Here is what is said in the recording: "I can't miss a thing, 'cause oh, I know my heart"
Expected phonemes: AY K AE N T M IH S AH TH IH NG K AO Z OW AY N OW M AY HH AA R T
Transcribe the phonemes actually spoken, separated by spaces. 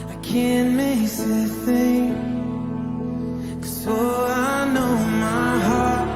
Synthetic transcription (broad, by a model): AY K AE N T M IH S AH TH IH NG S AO AA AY N OW M AY HH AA R T